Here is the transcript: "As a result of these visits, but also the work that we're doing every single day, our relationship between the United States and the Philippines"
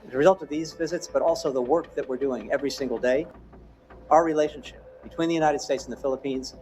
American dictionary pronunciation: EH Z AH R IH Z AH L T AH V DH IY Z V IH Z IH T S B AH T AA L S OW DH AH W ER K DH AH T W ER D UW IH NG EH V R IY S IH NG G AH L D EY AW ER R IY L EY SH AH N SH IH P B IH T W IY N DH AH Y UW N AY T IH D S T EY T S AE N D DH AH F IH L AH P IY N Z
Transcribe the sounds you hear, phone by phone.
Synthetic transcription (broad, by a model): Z AH R IH Z AH L T AH V DH IY Z V IH Z IH T S B AH T AA L S OW DH AH W ER K DH AH T W ER D UW IH NG EH V R IY S IH NG G L D EY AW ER R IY L EY SH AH N SH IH P B IH T W IY N DH AH Y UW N AY T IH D S T EY T S N DH AH F IH L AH P IY N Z